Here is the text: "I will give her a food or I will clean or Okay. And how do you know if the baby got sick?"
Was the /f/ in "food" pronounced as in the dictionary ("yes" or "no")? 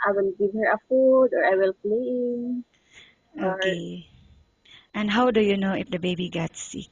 yes